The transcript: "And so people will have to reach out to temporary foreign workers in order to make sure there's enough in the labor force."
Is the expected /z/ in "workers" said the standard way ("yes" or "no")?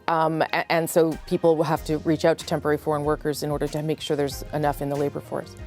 yes